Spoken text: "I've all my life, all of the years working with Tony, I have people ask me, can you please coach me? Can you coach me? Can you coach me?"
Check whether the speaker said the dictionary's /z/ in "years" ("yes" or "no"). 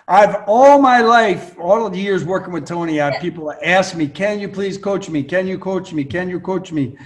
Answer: yes